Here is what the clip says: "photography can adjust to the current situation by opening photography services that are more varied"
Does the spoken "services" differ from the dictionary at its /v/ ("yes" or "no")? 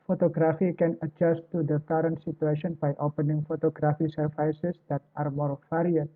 yes